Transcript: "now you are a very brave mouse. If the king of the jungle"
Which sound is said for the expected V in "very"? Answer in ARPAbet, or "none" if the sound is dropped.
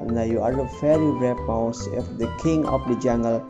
F